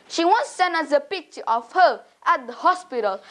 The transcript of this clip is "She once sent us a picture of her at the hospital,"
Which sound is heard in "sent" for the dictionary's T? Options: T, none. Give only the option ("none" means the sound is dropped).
none